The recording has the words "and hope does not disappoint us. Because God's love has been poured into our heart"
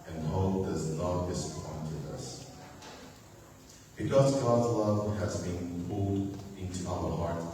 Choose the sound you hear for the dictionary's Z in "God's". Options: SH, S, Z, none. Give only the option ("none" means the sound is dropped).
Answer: Z